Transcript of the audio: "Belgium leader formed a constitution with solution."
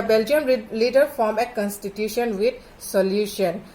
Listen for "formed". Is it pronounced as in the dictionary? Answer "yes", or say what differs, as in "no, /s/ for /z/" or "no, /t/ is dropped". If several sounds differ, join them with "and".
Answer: no, /d/ is dropped